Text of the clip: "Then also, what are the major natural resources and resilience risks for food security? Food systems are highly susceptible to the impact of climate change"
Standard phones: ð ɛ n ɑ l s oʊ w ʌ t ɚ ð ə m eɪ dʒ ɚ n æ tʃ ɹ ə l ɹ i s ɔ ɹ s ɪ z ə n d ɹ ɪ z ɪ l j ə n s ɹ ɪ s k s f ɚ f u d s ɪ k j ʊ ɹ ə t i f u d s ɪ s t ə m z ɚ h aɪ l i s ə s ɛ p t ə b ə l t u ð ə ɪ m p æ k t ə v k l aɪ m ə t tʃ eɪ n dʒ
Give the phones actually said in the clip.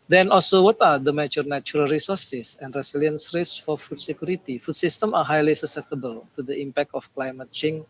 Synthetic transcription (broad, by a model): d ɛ n ɑ l s oʊ w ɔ t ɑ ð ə m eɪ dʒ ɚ n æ tʃ ɹ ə l ɹ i s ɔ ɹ s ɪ s ə n d ɹ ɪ s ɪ l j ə n s ɹ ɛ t s f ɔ f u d s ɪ k j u ɹ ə t i f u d s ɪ s t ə m ɑ h aɪ l i s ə s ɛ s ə b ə l t u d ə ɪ m p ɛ k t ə f k l aɪ m ə t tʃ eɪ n